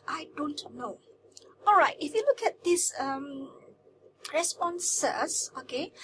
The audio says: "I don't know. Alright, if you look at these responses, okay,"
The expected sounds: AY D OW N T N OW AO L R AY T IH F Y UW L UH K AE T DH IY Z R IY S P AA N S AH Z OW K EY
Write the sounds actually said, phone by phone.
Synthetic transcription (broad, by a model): AY D OW N T N OW AO L R AY T IH F Y UW L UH K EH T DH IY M R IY S P AA N S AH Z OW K EY